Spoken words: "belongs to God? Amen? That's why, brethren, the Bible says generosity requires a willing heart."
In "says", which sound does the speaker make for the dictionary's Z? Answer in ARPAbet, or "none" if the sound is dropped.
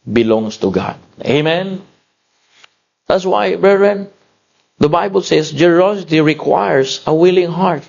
S